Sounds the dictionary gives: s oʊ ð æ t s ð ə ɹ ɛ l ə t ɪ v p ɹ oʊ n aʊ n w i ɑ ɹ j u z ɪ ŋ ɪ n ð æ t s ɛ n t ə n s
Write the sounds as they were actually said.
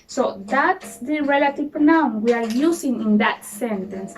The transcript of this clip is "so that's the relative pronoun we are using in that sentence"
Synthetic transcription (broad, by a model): s oʊ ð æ t s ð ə ɹ ɛ l ə t ɪ v p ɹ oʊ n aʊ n w i ɑ ɹ j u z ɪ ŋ ɪ n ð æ t s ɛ n t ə n s